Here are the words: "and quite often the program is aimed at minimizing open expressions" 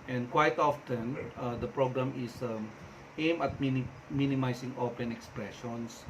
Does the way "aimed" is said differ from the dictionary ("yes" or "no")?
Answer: yes